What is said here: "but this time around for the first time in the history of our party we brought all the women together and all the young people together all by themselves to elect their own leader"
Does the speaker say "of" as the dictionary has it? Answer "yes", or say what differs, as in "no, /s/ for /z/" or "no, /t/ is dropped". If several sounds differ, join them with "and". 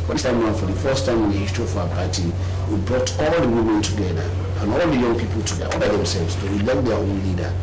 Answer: no, /f/ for /v/